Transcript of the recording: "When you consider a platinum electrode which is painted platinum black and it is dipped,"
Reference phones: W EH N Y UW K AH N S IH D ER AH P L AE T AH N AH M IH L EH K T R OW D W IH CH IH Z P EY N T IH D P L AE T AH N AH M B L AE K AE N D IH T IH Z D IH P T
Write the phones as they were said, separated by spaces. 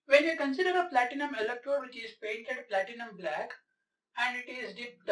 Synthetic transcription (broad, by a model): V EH N Y UW K AH N S IH D ER AH P L AE T AH N AH M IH L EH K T OW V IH CH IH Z P EY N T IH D P L AE T AH N AH M B L AE K AE N D IH T IH Z D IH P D